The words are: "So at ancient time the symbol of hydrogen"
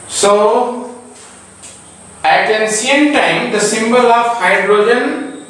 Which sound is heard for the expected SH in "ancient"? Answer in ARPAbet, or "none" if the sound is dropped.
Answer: S